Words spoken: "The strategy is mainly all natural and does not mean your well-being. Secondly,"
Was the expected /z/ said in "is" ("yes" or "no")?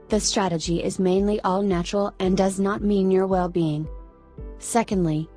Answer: yes